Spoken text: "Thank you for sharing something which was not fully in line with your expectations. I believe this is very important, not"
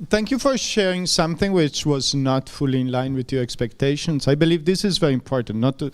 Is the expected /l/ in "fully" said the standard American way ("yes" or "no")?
yes